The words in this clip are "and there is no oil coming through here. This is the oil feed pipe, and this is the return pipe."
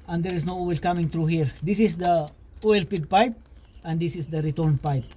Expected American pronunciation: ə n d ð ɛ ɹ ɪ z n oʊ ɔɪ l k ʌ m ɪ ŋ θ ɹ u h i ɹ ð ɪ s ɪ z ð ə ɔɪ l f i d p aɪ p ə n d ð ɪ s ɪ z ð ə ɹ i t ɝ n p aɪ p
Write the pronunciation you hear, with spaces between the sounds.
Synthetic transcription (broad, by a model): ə n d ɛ ɹ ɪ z n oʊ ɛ l k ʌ m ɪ ŋ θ ɹ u h i ɹ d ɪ s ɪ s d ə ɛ l p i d p aɪ p ə n d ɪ s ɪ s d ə ɹ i t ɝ n p aɪ p